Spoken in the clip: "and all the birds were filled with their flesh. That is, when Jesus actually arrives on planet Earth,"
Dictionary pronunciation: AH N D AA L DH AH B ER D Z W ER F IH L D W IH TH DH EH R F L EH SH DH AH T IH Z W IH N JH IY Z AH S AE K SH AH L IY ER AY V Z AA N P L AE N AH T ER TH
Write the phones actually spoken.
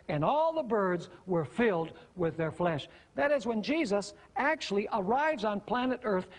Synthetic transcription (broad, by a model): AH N AA L DH AH B ER D Z W ER F IH L D W IH DH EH R F L EH SH DH AH T IH Z W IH N JH IY Z AH S AE K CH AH L IY ER AY V Z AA N P L AE N AH T ER TH